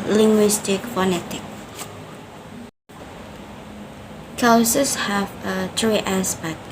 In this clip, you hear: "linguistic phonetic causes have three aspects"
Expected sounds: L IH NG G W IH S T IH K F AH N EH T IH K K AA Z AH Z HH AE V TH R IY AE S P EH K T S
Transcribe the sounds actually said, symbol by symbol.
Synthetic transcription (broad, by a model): L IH NG G W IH S T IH K F AH N EH T IH K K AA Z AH S HH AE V T R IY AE S P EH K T